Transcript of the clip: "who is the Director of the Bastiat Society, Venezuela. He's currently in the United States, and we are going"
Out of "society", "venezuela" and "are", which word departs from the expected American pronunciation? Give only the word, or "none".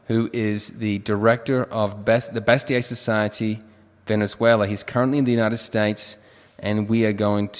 none